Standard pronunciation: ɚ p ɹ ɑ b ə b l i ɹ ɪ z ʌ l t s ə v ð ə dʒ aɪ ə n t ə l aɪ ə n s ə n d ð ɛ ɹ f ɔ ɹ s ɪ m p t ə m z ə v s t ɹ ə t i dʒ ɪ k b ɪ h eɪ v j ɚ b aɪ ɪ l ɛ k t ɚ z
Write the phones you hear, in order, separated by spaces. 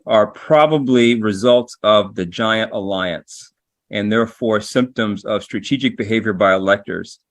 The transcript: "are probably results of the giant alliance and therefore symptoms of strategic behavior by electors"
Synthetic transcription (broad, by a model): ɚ p ɹ ɑ b ə b l i ɹ ɪ z ʌ l t s ə v ð ə dʒ aɪ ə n t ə l aɪ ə n s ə n ð ɛ ɹ f ɔ ɹ s ɪ m p t ə m z ə v s t ɹ ə t i dʒ ɪ k b ɪ h eɪ v j ɚ b aɪ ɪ l ɛ k t ɚ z